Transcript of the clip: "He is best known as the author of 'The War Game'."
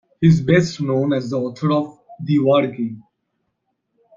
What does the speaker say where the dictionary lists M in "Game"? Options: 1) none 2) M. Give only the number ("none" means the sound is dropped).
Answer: 1